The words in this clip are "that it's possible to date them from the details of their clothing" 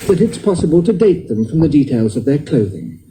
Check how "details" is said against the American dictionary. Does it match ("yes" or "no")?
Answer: yes